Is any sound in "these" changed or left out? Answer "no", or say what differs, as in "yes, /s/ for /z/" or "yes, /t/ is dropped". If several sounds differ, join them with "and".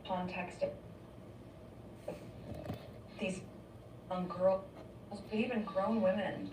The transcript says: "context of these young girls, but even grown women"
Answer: no